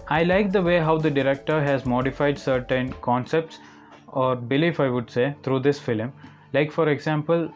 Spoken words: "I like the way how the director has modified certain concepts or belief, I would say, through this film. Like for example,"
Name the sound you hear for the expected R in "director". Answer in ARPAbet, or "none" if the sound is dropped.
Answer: R